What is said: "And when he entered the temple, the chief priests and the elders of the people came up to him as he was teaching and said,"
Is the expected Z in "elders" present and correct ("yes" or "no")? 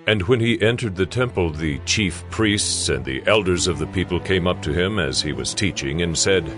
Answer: yes